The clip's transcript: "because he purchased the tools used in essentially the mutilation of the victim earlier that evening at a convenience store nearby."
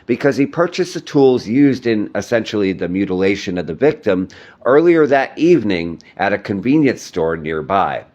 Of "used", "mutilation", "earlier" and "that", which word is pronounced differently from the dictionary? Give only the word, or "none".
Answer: none